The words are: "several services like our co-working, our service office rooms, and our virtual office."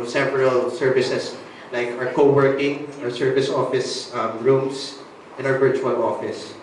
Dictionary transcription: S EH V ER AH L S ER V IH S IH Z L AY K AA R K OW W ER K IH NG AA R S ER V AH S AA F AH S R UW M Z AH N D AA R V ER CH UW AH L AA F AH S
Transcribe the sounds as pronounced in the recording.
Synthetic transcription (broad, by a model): S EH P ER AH L S ER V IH S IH S L AY K AA R K OW W ER K IH NG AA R S ER V AH S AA F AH S R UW M S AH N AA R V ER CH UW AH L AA F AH S